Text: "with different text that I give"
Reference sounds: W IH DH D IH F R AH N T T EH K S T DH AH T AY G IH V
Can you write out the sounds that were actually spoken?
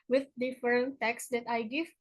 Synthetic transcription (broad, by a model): W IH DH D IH F AH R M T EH K S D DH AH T AY G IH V